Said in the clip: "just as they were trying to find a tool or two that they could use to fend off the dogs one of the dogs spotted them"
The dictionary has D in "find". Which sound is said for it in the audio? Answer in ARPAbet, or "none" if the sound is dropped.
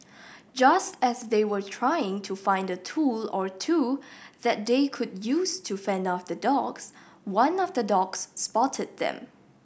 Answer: D